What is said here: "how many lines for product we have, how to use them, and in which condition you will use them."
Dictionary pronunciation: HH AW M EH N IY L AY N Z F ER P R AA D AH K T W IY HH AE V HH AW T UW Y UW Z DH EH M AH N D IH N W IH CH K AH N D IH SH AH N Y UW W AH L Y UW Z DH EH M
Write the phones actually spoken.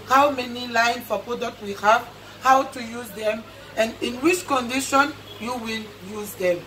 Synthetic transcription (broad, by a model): HH AW M EH N IY L AY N F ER P R AA D AH K T W IY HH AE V HH AW T UW Y UW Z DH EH M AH N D IH N W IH CH K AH N D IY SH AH N Y UW W AH L Y UW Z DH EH M